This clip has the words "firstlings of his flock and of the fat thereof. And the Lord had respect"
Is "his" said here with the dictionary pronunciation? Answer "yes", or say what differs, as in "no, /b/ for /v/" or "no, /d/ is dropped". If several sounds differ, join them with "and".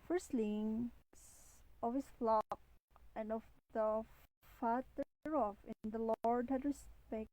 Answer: no, /s/ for /z/